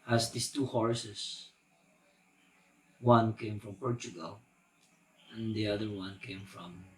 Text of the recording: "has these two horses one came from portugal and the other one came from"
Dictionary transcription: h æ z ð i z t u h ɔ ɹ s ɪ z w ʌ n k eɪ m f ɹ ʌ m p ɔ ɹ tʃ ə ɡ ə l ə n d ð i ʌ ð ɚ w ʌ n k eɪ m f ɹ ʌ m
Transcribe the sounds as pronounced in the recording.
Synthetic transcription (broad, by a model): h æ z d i s t u h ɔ ɹ s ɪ s w ʌ n k eɪ m f ɹ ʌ m p ɔ ɹ tʃ ə ɡ ə l ə n d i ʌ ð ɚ w ʌ n k eɪ m f ɹ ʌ m